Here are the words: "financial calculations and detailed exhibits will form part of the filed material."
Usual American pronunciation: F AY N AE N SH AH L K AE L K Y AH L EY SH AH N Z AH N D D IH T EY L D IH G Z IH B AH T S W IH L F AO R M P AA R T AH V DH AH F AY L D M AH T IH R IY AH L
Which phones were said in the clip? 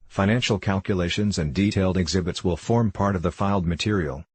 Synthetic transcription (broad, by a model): F AY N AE N SH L K AE L K Y AH L EY SH AH N Z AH N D D IH T EY L D IH G Z IH B AH T S W IH L F AO R M P AA R T AH V DH AH F AY L D M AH T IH R IY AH L